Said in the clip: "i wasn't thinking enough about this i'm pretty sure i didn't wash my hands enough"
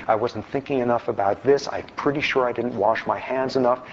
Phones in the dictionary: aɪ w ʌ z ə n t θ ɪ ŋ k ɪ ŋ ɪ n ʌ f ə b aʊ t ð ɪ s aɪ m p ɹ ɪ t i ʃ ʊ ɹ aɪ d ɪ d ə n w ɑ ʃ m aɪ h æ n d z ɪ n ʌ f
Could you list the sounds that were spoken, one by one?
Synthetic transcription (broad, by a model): aɪ w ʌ z n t θ ɪ ŋ k ɪ ŋ ɪ n ʌ f ə b aʊ t ð ɪ s aɪ p ɹ ɪ t i ʃ ʊ ɹ aɪ d ɪ d n w ɑ ʃ m aɪ h æ n d z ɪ n ʌ f